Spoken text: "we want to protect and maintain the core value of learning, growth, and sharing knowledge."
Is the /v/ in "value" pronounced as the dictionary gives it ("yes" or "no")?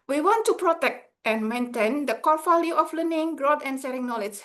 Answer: no